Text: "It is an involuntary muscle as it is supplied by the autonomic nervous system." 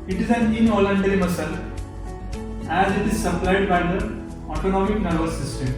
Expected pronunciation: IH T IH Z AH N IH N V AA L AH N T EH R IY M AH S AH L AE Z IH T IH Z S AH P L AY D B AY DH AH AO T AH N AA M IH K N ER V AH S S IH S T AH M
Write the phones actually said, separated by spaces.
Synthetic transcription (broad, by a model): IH T IH Z AH N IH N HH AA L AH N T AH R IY M AH S AH L AE Z IH T IH Z S AH P L AY D B AY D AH AO T AH N AA M IH K N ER B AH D S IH S T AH M